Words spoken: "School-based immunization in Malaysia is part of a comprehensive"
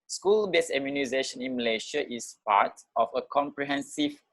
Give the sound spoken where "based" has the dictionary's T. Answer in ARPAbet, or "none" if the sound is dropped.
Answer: none